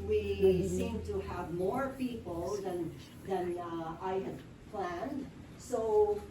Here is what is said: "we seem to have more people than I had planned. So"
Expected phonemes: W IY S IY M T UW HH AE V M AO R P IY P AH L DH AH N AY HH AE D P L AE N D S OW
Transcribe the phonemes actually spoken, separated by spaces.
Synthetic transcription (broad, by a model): W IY S IY M T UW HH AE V M AO R P IY P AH N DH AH N AY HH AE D P L AE N D S OW